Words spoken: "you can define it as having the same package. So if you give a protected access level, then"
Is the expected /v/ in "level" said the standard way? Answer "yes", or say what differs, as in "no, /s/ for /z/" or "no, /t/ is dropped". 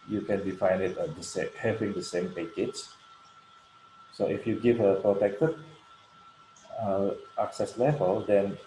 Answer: yes